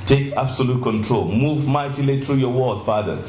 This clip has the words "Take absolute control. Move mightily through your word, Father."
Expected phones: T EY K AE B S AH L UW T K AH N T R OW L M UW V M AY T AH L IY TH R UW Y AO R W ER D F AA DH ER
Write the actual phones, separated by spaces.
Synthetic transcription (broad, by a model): T EY K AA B S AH L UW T K AH N T R OW L M UW V M AY T AH L IY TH R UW Y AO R W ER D F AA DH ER